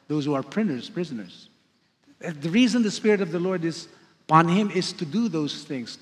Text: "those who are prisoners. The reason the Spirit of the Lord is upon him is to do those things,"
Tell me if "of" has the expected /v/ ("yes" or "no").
yes